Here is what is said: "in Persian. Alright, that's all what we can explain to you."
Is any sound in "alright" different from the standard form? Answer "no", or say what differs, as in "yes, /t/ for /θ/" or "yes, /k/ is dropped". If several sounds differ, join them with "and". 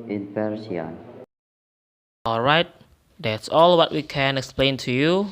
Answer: no